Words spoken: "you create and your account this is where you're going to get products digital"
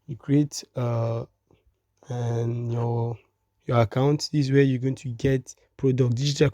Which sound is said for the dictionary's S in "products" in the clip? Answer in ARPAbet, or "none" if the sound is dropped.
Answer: none